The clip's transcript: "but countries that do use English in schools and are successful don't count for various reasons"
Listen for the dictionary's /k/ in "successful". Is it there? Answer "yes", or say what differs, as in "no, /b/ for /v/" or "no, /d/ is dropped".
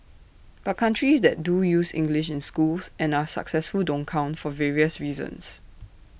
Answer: yes